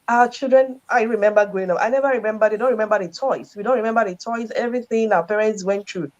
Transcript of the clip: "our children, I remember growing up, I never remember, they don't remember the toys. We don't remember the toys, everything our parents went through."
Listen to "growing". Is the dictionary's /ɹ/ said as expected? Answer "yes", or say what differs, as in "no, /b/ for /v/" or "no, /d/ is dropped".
no, /ɹ/ is dropped